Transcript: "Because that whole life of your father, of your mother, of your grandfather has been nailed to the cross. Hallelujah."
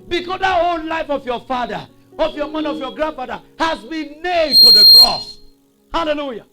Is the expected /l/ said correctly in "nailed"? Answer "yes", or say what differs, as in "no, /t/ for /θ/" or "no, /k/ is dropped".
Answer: no, /l/ is dropped